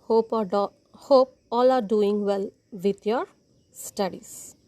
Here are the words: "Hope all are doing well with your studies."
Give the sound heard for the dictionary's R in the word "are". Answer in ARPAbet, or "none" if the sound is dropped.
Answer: L